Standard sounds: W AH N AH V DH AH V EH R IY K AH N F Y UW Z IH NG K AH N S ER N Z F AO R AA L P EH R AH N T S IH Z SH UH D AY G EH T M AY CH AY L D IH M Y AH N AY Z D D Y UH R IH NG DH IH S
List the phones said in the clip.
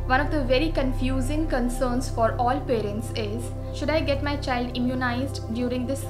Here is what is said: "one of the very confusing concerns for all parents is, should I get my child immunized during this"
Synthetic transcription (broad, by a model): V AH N AH V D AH V EH R IY K AH N F Y UW Z IH NG K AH N S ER N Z F AO R AA L P EH R AH N T S IH Z SH UH D AY G EH T M AY CH AY L D IH M Y AH N AY Z D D Y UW R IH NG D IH S